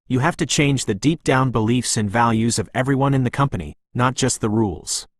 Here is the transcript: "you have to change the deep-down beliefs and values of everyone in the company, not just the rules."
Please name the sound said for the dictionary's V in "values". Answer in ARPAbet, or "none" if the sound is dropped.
V